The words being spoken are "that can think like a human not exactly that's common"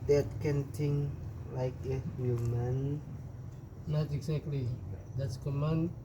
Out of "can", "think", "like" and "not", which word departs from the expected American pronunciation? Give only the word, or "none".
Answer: think